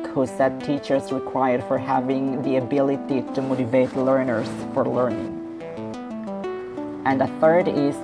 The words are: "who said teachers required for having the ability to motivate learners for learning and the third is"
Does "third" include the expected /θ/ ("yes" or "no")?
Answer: yes